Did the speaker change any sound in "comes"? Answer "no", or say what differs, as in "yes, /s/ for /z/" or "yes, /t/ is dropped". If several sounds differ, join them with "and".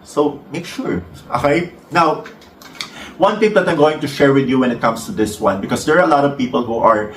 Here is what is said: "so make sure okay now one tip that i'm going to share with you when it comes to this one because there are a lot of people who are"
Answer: yes, /s/ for /z/